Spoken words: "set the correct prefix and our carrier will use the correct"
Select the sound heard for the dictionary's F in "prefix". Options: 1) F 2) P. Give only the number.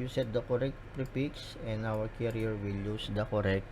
2